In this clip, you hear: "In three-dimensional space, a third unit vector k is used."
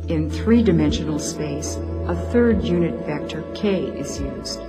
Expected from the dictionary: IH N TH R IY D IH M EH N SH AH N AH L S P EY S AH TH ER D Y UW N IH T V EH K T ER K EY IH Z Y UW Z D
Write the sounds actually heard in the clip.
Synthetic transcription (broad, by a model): IH N TH R IY D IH M EH N SH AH N L S P EY S AH TH ER D Y UW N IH T V EH K T ER K EY IH Z Y UW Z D